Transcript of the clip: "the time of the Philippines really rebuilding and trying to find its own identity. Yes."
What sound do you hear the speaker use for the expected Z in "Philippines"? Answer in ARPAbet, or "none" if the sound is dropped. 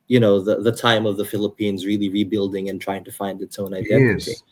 Z